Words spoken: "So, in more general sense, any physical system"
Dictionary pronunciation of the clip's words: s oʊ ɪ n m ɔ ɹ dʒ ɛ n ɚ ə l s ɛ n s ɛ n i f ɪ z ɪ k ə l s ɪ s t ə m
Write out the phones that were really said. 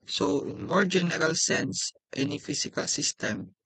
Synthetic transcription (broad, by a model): s oʊ ɪ n m ɔ ɹ dʒ ɛ n ɚ ə l s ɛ n s ɛ n i f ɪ s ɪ k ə l s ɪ s t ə m